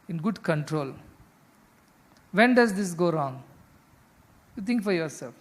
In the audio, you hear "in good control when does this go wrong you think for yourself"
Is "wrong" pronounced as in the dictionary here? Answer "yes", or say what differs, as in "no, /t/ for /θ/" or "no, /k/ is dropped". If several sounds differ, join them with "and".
yes